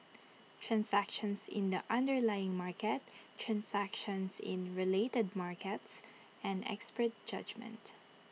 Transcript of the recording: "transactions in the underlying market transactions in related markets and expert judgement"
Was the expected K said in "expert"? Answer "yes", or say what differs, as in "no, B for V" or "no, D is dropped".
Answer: yes